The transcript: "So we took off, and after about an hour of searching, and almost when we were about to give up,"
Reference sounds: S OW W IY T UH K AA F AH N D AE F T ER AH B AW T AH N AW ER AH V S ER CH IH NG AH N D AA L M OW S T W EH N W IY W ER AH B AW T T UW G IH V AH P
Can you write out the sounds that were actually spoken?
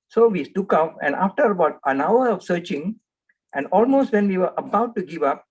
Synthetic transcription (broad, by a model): S OW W IY T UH K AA P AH N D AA F T ER AH B AW T AH N AW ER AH F S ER CH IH NG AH N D AA L M OW S T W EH N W IY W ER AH B AW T T UW G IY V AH P